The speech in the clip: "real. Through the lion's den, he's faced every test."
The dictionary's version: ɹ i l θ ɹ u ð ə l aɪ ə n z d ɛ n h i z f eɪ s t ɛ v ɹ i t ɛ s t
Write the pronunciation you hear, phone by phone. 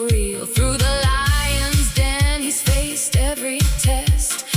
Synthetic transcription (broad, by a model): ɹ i l θ ɹ u ð ə l aɪ ə n z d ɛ n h i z f eɪ s t ɛ v ɹ i t ɛ s t